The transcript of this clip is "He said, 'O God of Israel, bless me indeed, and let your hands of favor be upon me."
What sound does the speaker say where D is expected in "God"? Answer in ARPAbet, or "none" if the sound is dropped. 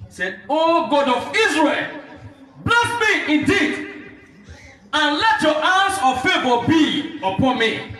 D